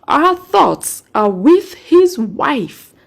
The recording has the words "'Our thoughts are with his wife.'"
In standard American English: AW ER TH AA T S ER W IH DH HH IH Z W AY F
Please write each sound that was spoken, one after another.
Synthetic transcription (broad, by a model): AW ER TH AA T S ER W IH DH HH IH Z W AY F